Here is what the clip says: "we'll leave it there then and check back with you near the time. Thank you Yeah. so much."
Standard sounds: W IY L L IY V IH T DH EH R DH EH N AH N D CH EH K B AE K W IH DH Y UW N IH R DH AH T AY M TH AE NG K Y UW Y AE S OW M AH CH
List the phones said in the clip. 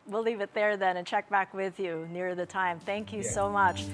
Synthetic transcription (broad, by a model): W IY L L IY V IH T DH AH R DH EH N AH N CH EH K B AE K W IH DH Y UW N IH R DH AH T AY M TH AE NG K Y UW S OW M AH CH